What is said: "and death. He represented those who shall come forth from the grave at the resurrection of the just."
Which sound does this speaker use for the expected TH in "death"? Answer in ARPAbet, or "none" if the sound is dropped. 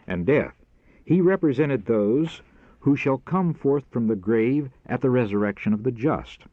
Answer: TH